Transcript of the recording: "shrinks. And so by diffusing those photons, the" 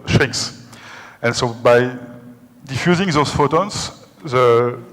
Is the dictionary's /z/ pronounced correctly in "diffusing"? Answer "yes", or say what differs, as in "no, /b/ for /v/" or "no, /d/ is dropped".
yes